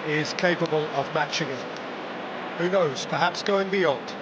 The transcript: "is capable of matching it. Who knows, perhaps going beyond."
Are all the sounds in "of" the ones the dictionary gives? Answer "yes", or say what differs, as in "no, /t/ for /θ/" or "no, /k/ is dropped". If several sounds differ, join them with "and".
yes